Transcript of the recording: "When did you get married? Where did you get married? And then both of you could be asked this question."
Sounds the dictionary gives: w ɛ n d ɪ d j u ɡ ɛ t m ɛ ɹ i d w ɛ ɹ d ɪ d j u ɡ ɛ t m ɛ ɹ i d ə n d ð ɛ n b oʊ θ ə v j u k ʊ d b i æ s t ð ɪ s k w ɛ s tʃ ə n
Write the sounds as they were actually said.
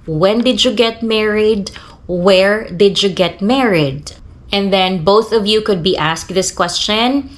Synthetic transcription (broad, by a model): w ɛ n d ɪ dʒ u ɡ ɛ t m ɛ ɹ i d w ɛ ɹ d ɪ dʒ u ɡ ɛ t m ɛ ɹ i d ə n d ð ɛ n b oʊ θ ə v j u k ʊ d b i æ s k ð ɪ s k w ɛ s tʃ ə n